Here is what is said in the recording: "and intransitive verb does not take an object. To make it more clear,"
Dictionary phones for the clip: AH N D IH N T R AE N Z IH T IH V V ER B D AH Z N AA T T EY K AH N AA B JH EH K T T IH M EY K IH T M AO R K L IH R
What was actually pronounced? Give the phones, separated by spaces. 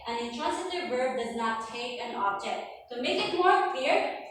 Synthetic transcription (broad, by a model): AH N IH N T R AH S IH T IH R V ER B D AH Z N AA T T EY K AH N AA B JH EH K T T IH M EY K IH T M AO R K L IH R